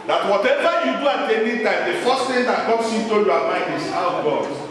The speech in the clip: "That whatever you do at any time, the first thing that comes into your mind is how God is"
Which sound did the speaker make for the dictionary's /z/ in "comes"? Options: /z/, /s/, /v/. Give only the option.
/s/